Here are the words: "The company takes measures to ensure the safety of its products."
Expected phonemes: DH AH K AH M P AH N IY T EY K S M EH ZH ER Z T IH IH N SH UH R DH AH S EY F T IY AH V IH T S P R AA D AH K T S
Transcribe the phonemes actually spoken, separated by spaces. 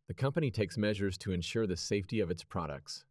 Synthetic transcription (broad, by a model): DH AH K AH M P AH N IY T EY K S M EH ZH ER Z T IH IH N SH UH R DH AH S EY F T IY AH V IH T S P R AA D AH K T S